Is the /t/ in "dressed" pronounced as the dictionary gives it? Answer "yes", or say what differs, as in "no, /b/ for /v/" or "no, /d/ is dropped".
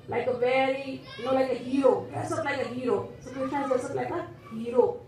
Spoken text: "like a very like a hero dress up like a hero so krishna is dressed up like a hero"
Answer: no, /t/ is dropped